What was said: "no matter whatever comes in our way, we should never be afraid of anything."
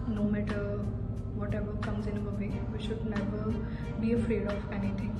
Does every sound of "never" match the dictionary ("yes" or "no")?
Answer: no